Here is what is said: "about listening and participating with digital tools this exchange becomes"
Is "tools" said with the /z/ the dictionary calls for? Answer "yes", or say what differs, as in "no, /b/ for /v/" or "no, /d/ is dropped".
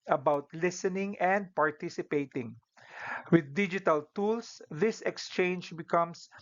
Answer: no, /s/ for /z/